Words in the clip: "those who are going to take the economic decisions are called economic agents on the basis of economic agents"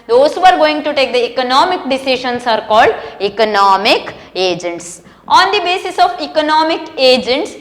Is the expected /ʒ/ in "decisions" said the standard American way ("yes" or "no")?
no